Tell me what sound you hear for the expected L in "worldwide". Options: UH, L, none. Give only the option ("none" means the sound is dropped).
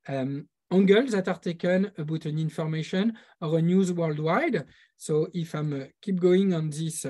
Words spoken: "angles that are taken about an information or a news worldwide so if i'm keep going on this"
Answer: L